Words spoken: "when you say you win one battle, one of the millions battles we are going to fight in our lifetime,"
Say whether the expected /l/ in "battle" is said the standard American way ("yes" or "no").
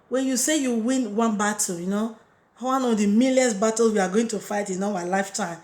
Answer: no